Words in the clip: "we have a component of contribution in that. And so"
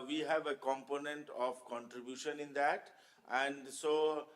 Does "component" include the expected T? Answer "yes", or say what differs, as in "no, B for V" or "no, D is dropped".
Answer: yes